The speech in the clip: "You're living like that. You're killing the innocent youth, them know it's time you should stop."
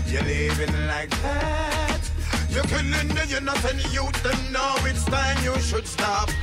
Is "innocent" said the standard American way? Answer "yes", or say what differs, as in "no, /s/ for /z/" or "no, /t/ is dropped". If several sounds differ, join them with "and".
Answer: no, /θ/ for /s/